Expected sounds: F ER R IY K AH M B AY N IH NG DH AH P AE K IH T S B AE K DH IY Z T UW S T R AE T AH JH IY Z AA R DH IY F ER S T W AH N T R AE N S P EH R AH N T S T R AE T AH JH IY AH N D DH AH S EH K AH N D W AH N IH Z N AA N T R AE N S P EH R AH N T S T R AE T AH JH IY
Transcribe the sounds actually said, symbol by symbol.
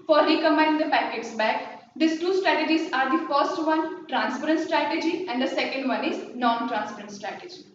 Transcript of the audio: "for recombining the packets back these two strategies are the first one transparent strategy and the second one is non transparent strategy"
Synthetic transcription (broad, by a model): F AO R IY K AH M AY IH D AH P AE K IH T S B AE K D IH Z T UW S T R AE T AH JH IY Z AA R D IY F ER S T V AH N T R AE N S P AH R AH N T S T R AE T AH JH IY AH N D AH S EH K AH N D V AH N IH Z N AA N T R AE N S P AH R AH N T S T R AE T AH JH IY